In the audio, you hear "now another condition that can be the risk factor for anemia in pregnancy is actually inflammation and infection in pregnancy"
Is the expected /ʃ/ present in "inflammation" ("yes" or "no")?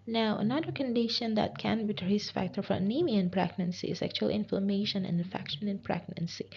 no